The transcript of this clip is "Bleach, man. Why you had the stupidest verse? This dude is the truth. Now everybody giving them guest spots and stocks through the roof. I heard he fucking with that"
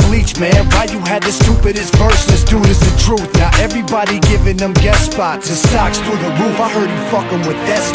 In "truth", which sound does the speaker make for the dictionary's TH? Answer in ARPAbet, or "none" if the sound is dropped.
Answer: TH